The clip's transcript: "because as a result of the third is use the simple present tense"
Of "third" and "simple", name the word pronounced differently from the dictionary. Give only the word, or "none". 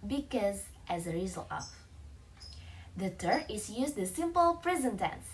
third